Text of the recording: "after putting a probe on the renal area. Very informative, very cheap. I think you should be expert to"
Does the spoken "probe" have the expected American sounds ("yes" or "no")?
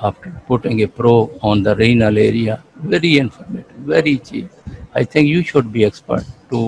no